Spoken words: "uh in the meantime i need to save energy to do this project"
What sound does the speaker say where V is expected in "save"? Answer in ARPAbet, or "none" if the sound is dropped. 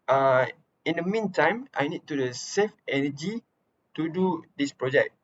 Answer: F